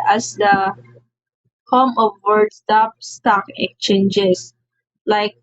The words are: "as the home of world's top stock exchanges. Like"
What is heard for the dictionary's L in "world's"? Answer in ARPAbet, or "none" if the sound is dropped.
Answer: none